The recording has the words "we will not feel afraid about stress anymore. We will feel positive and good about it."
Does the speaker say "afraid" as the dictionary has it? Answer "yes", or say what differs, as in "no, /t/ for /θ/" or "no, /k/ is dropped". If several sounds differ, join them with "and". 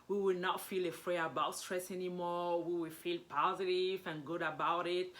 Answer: no, /d/ is dropped